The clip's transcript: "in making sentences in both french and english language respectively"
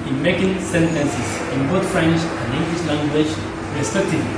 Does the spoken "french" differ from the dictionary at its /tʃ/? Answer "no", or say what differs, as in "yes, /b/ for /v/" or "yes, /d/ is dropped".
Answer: yes, /ʃ/ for /tʃ/